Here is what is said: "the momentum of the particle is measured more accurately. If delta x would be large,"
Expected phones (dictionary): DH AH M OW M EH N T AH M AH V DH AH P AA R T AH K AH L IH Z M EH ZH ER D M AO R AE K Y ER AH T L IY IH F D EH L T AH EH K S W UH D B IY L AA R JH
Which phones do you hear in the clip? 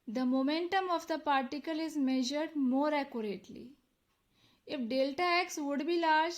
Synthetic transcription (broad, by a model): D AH M OW M EH N T AH M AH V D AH P AA R T AH K AH L IH Z M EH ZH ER D M AO R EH K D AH T L IY IH F D EH L T AH EH K S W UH D B IY L AA R JH